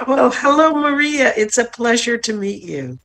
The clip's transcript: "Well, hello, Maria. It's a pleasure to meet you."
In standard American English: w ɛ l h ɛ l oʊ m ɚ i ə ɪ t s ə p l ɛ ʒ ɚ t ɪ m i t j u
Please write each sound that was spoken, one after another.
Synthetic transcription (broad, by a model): w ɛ l h ɛ l oʊ m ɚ i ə ɪ t s ə p l ɛ ʒ ɚ t ɪ m i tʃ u